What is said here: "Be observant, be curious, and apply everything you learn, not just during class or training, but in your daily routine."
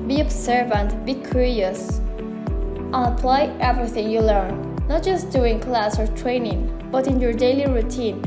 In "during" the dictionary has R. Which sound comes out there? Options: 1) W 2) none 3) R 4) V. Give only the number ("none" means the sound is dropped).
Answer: 2